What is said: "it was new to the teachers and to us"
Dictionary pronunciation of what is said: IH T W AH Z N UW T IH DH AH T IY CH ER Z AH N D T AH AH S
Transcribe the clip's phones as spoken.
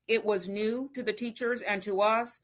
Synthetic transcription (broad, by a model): IH T W AH Z N UW T IH DH AH T IY CH ER Z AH N T AH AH S